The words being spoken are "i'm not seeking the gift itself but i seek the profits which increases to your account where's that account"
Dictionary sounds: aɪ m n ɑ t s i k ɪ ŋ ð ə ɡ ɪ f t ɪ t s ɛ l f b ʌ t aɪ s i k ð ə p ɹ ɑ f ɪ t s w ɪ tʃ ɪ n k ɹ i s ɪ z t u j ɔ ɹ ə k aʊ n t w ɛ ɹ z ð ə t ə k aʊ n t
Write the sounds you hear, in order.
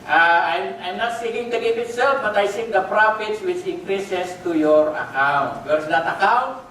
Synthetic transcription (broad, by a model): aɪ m n ɑ t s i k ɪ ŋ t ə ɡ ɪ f ɪ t s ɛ l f b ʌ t aɪ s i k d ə p ɹ ɑ f ɪ t s w ɪ tʃ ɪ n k ɹ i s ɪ s t u j ɔ ɹ ə k aʊ n t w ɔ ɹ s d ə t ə k aʊ n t